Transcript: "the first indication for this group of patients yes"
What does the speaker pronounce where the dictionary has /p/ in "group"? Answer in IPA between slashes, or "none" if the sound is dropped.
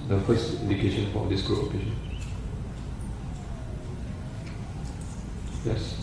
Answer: none